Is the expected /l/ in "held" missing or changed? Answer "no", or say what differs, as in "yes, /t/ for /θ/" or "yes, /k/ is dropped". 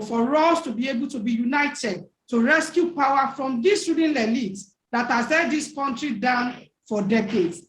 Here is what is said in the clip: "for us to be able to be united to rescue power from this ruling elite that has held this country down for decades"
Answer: yes, /l/ is dropped